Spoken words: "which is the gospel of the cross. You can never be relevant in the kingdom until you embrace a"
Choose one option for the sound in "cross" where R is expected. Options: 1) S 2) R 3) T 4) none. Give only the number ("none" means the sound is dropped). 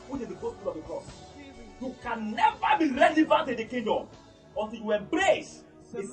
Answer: 4